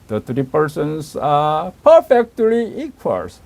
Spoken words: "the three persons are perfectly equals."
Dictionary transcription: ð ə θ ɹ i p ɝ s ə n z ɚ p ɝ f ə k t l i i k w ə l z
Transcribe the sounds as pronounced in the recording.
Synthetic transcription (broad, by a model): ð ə t ɹ i p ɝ s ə n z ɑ p ɝ f ə k t l i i k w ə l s